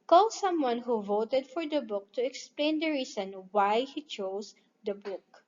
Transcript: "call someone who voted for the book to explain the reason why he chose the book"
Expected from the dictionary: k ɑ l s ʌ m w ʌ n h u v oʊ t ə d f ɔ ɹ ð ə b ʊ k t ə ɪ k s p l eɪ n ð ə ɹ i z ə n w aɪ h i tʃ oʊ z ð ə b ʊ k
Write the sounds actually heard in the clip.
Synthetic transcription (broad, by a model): k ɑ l s ʌ m w ʌ n h u v oʊ t ə d f ɔ ɹ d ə b ʊ k t ə ɪ k s p l eɪ n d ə ɹ i s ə n w aɪ h i tʃ oʊ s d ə b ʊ k